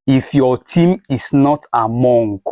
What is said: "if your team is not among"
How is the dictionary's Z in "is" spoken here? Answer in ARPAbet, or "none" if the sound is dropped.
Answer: S